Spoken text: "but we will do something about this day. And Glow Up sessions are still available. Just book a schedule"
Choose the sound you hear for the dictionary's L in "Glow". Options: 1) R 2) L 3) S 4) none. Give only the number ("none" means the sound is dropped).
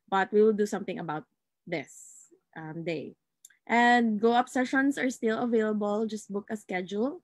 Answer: 4